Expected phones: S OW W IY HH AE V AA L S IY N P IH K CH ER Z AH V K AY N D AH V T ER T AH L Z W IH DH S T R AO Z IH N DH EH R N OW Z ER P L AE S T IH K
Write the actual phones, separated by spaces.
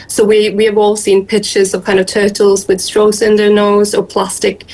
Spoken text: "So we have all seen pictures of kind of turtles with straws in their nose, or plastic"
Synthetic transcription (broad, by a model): S OW W IY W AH V AA L S IY N P IH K CH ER Z AH V K AY N D AH V T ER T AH L Z W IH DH S T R AO S IH N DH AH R N OW Z ER P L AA S T IH K